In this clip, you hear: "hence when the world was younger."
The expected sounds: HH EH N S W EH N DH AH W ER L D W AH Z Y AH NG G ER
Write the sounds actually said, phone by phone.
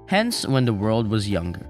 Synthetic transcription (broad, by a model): HH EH N S W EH N DH AH W ER L D W AH Z Y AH NG G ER